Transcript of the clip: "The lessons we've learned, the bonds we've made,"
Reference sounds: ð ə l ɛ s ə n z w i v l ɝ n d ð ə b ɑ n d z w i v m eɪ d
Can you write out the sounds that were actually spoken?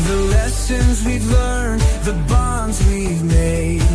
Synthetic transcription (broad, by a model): ð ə l ɛ s ə n z w i v l ɝ n ð ə b ɑ n d z w i v m eɪ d